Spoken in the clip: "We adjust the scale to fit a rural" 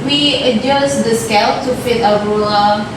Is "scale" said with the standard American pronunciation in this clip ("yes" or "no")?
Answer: yes